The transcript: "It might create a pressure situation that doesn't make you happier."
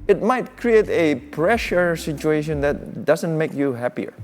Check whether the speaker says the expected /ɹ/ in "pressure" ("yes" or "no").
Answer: yes